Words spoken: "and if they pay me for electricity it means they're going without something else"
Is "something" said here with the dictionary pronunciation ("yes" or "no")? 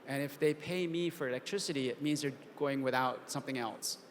yes